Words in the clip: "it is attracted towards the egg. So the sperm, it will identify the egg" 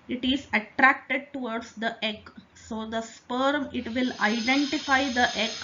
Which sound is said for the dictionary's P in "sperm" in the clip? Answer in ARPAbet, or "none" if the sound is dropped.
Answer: P